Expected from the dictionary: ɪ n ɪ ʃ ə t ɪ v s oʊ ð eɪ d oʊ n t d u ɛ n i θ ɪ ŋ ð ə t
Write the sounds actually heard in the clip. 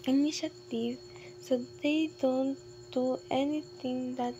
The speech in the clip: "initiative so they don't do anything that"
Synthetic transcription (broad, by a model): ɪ n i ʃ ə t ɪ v s oʊ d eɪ d oʊ n t d u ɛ n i t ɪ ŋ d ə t